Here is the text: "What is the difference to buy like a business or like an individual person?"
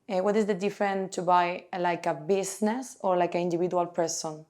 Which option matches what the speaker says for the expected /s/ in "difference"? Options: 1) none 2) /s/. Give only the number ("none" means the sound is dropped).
1